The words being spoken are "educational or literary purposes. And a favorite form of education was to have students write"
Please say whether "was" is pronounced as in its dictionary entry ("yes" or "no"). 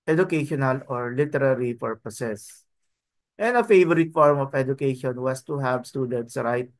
no